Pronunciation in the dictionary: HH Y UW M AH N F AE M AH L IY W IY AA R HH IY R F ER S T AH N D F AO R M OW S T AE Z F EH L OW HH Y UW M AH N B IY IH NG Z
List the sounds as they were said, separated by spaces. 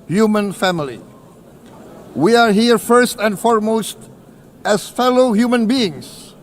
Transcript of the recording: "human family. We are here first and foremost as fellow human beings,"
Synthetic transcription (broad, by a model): HH Y UW M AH N F AE M AH L IY W IY AA R HH IY R F ER S T AH N D F AO R M OW S T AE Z F EH L OW HH Y UW M AH N B IY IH NG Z